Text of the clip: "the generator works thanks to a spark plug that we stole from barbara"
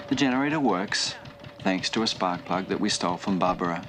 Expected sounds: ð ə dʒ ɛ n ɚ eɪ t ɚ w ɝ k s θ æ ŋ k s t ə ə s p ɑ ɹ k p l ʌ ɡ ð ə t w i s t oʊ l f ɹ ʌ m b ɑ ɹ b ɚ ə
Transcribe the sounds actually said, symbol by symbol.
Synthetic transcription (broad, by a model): ð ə dʒ ɛ n ɚ eɪ t ɚ w ɝ k s θ æ ŋ k s t ə ə s p ɑ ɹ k p l ʌ ɡ ð ə t w i s t oʊ l f ɹ ʌ m b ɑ ɹ b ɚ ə